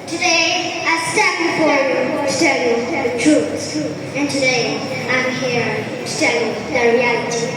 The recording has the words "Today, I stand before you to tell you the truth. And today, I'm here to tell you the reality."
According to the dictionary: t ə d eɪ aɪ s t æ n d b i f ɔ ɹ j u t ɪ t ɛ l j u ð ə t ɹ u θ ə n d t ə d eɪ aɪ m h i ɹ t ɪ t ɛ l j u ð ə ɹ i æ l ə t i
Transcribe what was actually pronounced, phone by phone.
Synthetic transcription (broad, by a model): t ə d eɪ aɪ s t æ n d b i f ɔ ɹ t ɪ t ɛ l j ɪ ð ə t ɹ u s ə n t ə d eɪ aɪ m h i ɹ t ɪ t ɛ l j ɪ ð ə ɹ i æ l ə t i